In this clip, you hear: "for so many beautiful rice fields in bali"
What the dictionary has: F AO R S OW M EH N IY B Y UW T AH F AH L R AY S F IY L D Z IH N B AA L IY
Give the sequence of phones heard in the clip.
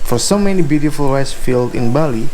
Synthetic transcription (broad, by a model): F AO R S OW M EH N IY B Y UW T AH F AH L R AY S F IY L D IH N B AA L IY